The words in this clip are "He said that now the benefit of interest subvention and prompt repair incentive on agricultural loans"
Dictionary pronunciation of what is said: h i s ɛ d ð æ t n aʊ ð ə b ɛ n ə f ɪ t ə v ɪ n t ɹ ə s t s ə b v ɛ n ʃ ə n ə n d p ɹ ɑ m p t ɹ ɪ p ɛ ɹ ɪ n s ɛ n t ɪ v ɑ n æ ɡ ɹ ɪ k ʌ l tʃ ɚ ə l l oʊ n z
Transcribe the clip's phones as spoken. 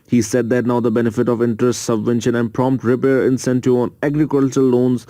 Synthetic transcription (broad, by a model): h i s ɛ d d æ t n aʊ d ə b ɛ n ə f ɪ t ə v ɪ n t ɹ ə s t s ə b v ɛ n ʃ ə n ə n d p ɹ ɑ m p t ɹ ɪ p ɛ ɹ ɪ n s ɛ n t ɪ ɑ n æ ɡ ɹ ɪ k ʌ l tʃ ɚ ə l l oʊ n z